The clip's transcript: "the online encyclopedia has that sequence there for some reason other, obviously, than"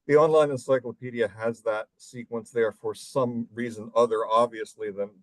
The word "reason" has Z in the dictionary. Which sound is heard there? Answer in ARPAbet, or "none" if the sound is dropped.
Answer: Z